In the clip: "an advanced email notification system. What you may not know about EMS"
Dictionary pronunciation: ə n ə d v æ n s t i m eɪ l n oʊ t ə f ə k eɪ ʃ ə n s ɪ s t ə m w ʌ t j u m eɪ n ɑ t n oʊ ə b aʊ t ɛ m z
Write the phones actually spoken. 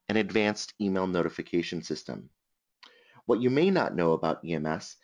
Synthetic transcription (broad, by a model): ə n ə d v æ n s t i m eɪ l n oʊ t ə f ə k eɪ ʃ ə n s ɪ s t ə m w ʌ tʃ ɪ m eɪ n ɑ t n oʊ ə b aʊ t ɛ m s